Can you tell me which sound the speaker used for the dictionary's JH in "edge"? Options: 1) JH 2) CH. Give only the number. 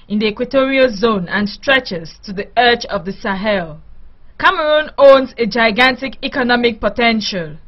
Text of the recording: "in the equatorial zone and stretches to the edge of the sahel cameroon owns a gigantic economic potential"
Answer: 2